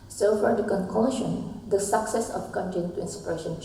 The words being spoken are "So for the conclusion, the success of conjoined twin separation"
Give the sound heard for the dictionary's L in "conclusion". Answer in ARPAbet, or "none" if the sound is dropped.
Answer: none